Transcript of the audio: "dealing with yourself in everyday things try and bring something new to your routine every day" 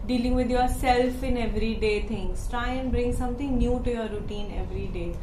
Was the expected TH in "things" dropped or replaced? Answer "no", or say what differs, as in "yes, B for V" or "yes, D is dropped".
yes, T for TH